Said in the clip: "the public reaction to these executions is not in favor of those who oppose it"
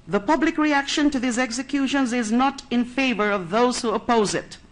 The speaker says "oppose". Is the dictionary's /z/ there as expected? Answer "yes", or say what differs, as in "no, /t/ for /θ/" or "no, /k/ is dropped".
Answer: yes